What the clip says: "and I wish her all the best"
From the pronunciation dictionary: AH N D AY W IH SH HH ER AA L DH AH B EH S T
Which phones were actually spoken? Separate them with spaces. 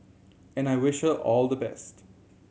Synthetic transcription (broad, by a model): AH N AY W IH SH HH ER AA L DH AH B EH S T